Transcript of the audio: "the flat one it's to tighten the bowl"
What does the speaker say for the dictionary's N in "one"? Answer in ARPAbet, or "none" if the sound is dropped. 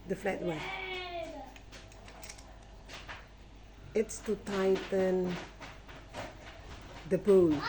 none